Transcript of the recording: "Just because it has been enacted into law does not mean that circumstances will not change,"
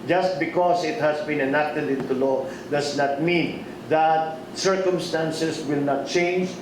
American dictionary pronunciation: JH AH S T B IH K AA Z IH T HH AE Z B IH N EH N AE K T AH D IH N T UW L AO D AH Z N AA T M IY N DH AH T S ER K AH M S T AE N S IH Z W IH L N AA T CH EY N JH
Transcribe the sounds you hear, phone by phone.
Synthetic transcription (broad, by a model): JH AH S T B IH K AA S IH T HH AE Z B IH N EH N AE K T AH D IH N T UW L AO D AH S N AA T M IY N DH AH T S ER K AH M S T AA N S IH S W IH L N AA T CH EY N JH